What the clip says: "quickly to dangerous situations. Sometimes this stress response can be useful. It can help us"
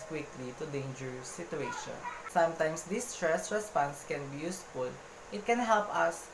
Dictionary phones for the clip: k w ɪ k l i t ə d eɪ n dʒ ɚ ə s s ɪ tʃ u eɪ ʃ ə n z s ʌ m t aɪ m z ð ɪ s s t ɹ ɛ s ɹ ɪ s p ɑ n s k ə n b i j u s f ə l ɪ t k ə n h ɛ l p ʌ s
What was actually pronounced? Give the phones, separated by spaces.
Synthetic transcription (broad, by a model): k w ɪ k l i t ə d eɪ n dʒ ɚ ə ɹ s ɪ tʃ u eɪ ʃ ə n s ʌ m t aɪ m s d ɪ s s t ɹ ɛ s ɹ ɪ s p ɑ n s k ə n b i j u s f ə l ɪ t k ə n h ɛ l p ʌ s